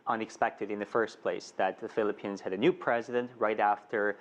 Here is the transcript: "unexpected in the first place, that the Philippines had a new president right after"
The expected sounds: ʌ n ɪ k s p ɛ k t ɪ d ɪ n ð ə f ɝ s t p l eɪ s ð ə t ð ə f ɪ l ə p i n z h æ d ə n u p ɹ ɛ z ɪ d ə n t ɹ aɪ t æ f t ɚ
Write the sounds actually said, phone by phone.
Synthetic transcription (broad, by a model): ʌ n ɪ k s p ɛ k t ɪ d ɪ n ð ə f ɝ s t p l eɪ s ð ə t ð ə f ɪ l ə p i n z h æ d ə n u p ɹ ɛ z ɪ d ə n t ɹ aɪ t æ f t ɚ